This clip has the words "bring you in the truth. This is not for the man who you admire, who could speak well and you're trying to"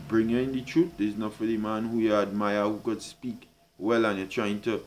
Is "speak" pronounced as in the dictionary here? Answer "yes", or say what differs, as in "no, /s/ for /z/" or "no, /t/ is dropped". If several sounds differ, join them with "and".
yes